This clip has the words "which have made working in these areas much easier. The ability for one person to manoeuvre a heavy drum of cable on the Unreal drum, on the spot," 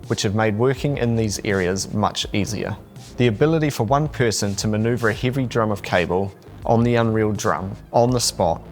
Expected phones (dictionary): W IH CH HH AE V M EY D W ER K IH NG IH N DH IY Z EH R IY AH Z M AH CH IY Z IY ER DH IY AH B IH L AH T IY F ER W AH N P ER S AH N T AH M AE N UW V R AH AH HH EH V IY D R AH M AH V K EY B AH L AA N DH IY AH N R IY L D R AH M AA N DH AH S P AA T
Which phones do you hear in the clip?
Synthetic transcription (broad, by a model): W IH CH HH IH V M EY D W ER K IH NG IH N DH IY Z EH R IY AH Z M AH CH IY Z IY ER DH IY AH B IH L AH T IY F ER W AH N P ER S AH N T AH M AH N UW V R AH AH HH EH V IY D R AH M AH V K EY B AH L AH N DH IY AH N R IY L D R AH M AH N DH AH S P AA T